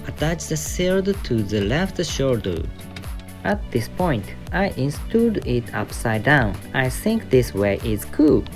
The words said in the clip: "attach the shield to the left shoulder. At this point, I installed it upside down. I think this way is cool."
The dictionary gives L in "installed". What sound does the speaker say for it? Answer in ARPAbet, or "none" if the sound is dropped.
none